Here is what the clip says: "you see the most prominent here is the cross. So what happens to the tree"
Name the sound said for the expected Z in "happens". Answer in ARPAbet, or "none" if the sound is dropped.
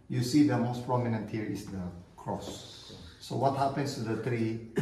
S